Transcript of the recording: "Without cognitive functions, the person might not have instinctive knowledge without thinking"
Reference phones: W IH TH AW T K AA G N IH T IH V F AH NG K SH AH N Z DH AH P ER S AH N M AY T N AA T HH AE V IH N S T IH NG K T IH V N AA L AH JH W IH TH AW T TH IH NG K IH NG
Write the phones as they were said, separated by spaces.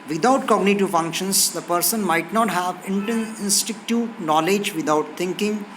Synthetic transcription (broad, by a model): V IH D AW T K AA G N IH T IH V F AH NG K SH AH N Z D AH P ER S AH N M AY T N AA T HH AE V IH N S T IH K T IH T N AA L AH JH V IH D AW T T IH NG K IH NG